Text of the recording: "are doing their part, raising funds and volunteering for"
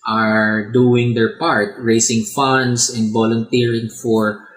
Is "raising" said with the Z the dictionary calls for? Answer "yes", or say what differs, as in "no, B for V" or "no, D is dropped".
no, S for Z